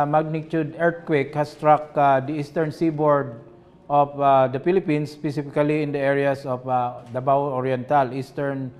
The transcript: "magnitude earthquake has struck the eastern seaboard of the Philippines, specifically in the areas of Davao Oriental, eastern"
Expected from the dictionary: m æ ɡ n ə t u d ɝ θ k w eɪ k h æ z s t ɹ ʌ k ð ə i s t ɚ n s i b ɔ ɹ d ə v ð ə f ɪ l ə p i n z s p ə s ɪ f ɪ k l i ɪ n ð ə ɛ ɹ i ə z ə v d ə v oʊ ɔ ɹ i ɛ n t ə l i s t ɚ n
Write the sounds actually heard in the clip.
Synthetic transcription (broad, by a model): m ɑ ɡ n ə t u d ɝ t k w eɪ k h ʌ s t ɹ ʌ k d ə i s t ɚ n s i b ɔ ɹ d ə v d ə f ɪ l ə p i n s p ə s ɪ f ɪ k l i ɪ n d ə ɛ ɹ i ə s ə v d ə b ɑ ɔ ɹ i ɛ n t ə l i s t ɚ n